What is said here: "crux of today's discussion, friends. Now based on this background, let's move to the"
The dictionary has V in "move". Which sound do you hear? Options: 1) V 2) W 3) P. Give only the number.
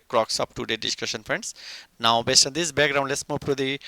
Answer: 3